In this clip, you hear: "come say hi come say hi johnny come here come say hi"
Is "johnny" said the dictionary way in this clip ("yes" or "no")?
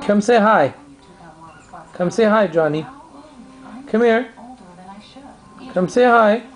yes